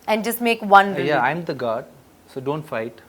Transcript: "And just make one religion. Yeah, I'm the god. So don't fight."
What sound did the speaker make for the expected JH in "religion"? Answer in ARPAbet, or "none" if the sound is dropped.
none